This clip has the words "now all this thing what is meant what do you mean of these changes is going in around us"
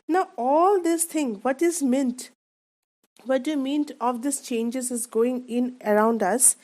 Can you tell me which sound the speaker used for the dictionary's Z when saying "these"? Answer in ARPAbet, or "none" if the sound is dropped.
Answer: S